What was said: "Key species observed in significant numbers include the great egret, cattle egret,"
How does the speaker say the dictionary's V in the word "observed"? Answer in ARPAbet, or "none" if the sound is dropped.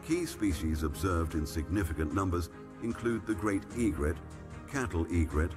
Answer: V